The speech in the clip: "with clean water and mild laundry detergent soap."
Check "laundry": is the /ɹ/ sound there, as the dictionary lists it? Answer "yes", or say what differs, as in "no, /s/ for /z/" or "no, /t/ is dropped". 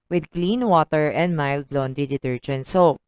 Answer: no, /ɹ/ is dropped